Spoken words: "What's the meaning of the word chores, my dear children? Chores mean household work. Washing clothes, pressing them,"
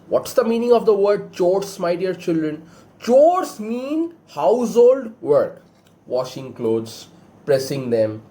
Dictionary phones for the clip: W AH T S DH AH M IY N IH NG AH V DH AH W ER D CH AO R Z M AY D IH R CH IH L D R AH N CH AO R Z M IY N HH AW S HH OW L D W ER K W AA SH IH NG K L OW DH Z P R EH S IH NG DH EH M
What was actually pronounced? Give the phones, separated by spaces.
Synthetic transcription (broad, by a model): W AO T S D AH M IY N IH NG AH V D AH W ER D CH AO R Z M AY D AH R CH IH L D R AH N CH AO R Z M IY N HH AW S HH OW L D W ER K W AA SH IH NG K L OW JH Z P R EH S IH NG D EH M